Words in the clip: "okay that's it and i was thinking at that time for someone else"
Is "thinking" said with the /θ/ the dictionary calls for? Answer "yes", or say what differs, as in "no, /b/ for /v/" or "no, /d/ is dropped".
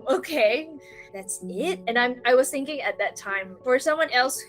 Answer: yes